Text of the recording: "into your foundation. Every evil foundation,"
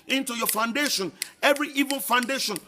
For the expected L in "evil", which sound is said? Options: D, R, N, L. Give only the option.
N